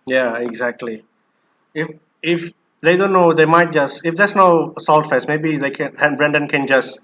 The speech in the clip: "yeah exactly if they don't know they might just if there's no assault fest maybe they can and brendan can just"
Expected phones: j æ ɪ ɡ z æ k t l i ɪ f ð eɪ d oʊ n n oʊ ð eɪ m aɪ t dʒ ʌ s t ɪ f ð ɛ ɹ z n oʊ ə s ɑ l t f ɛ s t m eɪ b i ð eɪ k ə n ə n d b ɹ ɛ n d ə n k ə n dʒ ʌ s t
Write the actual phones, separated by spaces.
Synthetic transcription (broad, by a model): j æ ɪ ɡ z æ k t l i ɪ f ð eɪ d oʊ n n oʊ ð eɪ m aɪ t dʒ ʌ s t ɪ f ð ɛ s n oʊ ə s ɑ l t f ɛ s m eɪ b i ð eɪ k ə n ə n b ɹ ɛ n d ə n k ə n dʒ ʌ s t